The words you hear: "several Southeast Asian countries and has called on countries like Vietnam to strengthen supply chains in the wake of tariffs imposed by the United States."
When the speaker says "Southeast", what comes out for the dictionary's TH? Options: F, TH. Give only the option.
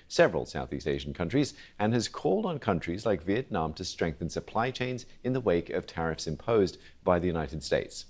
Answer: TH